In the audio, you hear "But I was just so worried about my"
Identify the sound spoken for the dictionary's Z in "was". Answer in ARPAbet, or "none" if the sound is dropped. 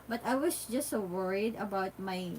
S